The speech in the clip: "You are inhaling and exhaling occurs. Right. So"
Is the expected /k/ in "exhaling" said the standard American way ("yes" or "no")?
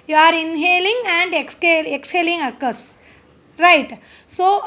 yes